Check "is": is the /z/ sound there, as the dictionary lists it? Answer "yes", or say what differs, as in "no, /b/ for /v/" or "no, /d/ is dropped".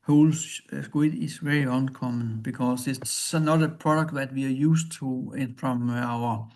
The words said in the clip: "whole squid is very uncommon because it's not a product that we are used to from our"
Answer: no, /s/ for /z/